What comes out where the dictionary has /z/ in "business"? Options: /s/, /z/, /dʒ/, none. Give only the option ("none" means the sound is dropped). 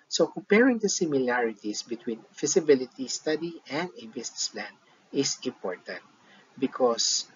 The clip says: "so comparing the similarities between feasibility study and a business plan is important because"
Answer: /s/